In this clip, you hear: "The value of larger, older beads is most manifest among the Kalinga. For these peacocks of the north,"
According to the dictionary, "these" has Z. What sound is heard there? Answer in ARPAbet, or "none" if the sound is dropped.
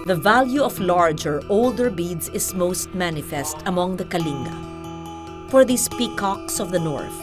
S